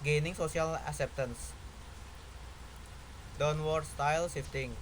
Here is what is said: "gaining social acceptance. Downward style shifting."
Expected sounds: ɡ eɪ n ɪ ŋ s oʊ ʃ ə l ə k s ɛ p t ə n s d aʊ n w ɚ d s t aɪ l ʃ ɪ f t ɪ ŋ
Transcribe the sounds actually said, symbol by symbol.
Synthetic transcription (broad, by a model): ɡ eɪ n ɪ ŋ s oʊ s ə l ə k s ɛ p t ə n s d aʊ n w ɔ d s t aɪ l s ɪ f t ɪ ŋ